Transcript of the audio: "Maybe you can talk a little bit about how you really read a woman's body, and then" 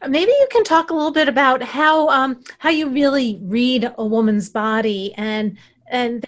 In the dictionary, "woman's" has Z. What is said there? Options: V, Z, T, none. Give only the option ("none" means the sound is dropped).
Z